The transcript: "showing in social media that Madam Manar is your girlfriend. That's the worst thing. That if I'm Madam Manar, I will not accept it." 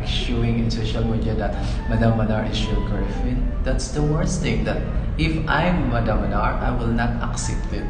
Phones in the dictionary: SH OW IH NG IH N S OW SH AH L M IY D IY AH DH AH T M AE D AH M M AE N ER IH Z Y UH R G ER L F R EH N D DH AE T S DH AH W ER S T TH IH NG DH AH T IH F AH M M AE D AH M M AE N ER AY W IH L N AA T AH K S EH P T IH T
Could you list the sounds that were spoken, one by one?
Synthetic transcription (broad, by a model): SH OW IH NG IH N S OW SH AH L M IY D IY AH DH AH T M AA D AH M M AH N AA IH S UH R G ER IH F EH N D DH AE T S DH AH W ER S T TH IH NG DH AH T IH F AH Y M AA D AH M M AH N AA AY W IH L N AA T AH K S EH P T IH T